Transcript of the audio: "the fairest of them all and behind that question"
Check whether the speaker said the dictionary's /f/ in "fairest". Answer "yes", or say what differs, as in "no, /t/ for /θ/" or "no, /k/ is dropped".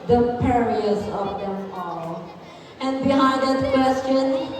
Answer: no, /p/ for /f/